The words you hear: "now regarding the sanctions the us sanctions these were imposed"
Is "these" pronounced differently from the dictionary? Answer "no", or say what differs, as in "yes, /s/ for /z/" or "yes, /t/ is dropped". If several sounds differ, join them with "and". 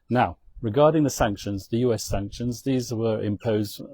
no